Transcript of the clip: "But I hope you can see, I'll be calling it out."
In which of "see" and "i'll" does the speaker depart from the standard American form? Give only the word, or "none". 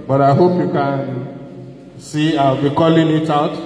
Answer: i'll